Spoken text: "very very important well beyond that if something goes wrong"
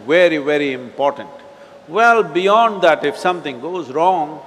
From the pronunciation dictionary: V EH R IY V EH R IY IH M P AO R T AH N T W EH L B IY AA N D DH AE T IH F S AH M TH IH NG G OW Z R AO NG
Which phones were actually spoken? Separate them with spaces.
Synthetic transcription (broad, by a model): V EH R IY V EH R IY IH M P AO R T AH N T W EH L B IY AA N D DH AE T IH F S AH M T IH NG G OW Z R AO NG